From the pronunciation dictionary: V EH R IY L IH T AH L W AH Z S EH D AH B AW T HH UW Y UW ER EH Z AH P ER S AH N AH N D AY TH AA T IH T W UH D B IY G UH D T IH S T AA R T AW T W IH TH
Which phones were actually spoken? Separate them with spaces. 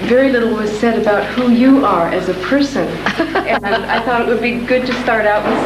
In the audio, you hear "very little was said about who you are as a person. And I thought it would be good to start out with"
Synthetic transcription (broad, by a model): V EH R IY L IH T L W AH Z S EH D AH B AW T HH UW Y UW ER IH Z AH P ER S AH N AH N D AY TH AA T IH T W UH D B IY G UH D T IH S T AA R T AW T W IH